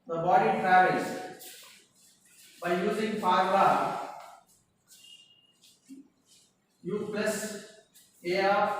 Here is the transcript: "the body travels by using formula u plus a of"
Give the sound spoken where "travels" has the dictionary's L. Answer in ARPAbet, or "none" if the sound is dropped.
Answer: none